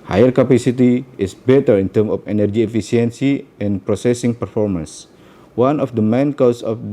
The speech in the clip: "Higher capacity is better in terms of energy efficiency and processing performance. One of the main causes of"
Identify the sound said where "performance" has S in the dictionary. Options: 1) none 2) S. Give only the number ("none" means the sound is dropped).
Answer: 2